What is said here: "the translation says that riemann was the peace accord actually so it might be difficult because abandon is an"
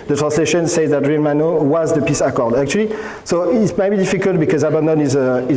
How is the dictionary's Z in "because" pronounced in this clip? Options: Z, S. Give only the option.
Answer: Z